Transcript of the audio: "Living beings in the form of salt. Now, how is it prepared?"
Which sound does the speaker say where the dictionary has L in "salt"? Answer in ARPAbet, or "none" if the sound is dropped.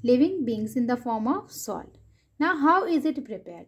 L